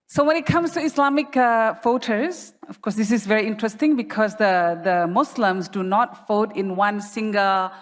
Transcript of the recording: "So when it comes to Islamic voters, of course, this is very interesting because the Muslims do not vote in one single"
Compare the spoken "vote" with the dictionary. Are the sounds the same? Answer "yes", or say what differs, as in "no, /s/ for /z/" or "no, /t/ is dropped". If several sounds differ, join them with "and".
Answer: no, /f/ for /v/